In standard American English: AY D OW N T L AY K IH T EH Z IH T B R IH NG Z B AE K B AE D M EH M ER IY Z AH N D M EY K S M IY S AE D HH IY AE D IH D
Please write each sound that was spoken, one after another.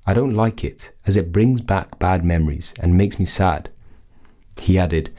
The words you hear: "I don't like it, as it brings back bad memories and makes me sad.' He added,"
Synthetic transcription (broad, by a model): AY D OW N T L AY K IH T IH Z IH T B R IH NG Z B AE K B AE D M EH M ER IY Z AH N M EY K S M IY S AE D HH IY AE D IH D